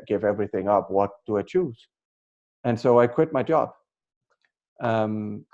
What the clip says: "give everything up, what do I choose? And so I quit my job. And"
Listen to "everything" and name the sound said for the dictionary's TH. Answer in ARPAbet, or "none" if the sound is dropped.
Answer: TH